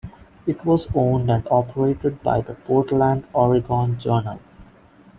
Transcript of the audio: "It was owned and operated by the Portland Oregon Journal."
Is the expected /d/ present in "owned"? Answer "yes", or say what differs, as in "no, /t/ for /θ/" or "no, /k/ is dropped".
yes